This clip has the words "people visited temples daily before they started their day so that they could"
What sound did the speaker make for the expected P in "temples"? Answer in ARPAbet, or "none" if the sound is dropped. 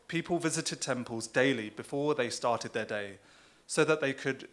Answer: P